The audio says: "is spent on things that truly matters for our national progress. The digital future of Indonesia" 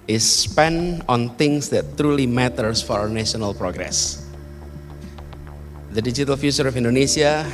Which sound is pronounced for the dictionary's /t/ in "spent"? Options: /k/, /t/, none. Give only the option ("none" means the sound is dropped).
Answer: none